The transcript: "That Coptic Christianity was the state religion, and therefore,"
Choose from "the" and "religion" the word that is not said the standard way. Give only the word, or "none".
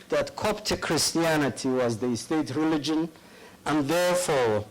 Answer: none